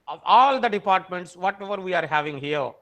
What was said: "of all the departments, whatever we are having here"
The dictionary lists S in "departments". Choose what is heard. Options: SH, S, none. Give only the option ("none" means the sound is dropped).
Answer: S